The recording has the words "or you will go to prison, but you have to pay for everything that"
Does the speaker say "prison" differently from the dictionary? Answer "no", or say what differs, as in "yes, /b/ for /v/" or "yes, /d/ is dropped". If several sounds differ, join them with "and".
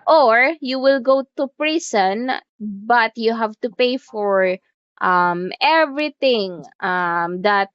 yes, /s/ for /z/